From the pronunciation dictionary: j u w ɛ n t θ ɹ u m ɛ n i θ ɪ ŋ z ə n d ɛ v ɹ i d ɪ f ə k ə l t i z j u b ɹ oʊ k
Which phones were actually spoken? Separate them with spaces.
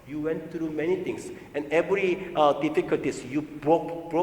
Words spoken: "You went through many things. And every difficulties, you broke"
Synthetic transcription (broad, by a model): j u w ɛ n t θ ɹ u m ɛ n i t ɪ ŋ s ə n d ɛ v ɹ i d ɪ f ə k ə l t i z j u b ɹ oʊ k